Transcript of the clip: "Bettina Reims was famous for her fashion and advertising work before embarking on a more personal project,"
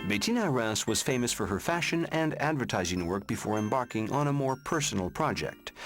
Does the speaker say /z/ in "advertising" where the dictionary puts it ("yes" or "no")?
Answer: yes